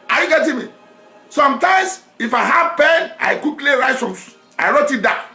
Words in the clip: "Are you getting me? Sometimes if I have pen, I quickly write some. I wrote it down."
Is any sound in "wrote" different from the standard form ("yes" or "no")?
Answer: no